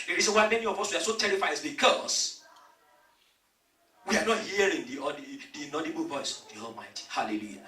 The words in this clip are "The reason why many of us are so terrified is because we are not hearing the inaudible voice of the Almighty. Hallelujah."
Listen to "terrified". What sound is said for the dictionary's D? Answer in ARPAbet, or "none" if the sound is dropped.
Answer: none